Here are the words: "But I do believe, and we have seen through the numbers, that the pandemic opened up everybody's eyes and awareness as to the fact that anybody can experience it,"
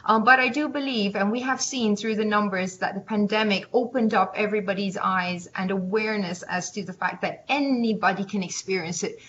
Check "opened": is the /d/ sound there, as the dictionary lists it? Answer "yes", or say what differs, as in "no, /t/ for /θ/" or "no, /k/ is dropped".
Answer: yes